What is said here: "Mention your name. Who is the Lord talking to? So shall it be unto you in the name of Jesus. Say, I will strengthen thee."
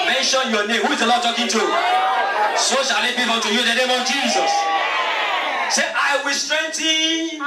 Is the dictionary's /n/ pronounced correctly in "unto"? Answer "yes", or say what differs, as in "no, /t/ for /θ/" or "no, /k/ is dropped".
no, /n/ is dropped